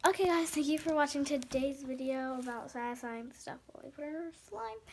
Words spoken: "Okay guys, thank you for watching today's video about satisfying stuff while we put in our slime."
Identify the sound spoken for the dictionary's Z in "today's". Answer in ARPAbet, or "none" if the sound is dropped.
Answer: Z